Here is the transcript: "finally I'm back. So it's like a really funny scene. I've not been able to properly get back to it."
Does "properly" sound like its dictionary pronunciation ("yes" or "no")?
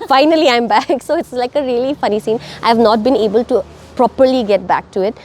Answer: yes